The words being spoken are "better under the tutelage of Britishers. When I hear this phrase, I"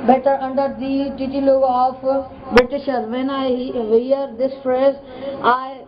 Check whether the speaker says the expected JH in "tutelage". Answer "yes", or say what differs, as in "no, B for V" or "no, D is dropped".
no, JH is dropped